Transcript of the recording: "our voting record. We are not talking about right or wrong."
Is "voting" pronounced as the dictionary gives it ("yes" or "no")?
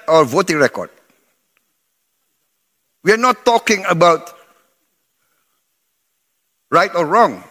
yes